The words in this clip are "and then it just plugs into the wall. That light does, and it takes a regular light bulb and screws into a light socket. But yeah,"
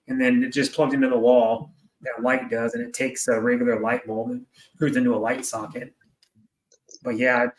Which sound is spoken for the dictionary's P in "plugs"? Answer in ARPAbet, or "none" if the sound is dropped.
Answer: P